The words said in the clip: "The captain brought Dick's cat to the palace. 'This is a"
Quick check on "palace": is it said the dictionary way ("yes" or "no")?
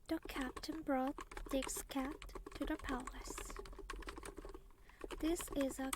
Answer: yes